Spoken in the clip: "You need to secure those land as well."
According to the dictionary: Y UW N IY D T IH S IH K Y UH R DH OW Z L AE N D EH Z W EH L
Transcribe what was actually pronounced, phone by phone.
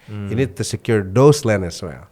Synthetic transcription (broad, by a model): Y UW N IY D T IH S IH K Y UH R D OW S L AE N EH S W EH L